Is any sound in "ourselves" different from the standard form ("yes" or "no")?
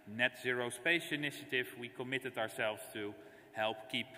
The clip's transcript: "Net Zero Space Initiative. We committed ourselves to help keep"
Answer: no